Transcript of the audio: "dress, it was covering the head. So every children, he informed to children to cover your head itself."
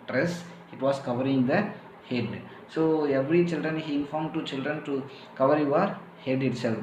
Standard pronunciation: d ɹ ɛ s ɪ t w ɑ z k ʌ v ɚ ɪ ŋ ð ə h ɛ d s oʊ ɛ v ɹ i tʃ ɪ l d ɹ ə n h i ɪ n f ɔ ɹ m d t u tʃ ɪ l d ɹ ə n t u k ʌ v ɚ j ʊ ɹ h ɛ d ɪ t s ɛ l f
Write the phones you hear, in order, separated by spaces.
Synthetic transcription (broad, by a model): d ɹ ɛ s ɪ t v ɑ s k ʌ v ɚ ɪ ŋ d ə h ɛ d s oʊ ɛ v ɹ i tʃ ɪ l d ɹ ə n h i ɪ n f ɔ ɹ m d t u tʃ ɪ l d ɹ ə n t u k ʌ v ɚ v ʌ ɹ h ɛ d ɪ t s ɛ l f